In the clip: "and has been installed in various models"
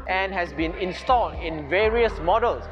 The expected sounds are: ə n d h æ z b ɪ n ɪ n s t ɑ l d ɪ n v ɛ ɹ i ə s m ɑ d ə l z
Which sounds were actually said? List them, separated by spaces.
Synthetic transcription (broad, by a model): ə n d h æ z b ɪ n ɪ n s t ɑ l d ɪ n v ɛ ɹ i ə s m ɑ d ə l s